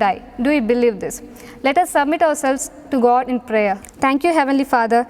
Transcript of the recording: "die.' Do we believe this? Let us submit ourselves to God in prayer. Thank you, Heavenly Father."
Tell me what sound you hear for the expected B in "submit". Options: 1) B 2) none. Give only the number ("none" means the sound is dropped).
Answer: 1